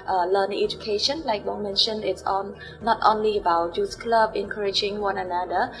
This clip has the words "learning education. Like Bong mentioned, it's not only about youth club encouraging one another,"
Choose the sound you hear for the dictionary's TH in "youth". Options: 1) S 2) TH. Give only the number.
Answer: 1